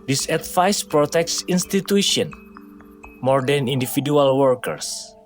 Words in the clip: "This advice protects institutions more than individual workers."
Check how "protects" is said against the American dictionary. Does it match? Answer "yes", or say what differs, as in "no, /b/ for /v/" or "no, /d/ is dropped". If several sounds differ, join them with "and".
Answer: yes